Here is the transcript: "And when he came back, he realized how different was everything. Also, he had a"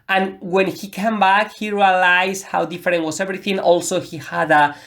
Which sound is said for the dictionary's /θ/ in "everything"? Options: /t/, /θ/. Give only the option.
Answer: /θ/